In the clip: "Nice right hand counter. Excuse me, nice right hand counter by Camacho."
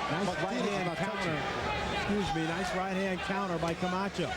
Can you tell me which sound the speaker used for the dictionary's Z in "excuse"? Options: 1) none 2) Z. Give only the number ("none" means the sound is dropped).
2